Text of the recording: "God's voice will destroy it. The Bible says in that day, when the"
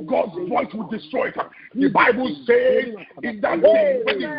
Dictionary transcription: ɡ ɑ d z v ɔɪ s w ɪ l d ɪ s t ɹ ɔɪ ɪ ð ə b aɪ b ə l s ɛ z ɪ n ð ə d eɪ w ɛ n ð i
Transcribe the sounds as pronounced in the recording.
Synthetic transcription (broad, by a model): ɡ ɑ d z v ɔɪ s w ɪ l d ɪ s t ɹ ɔɪ ɪ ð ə b aɪ b ə l s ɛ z ɪ n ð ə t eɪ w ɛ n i